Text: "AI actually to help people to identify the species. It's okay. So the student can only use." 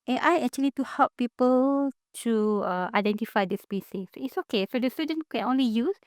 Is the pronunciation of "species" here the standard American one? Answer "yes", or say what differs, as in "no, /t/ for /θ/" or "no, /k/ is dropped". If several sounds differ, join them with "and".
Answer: no, /s/ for /ʃ/ and /s/ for /z/